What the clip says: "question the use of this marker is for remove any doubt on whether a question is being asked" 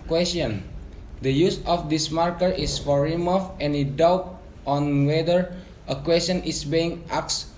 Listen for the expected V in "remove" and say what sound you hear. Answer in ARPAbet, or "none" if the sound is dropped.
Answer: F